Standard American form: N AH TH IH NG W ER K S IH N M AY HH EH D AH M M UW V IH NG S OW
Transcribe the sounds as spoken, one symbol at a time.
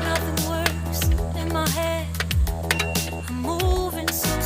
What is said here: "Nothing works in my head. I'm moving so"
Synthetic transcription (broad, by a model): N AH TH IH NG W ER S IH N M AY HH EH D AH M M UW V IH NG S